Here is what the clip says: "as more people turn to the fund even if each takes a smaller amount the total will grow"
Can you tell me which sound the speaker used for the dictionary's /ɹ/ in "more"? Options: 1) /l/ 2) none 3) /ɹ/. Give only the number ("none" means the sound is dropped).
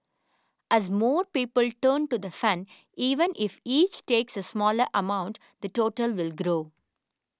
3